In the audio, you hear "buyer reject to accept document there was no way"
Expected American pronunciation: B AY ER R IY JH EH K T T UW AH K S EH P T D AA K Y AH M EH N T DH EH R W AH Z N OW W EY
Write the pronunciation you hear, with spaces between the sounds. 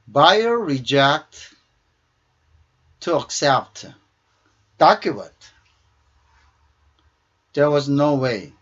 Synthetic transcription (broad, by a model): B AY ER R IY JH EH K T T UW AH K S EH P T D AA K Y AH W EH T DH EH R W AH Z N OW W EY